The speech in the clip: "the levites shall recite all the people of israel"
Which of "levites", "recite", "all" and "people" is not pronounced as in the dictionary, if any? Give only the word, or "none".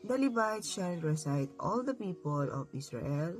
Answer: levites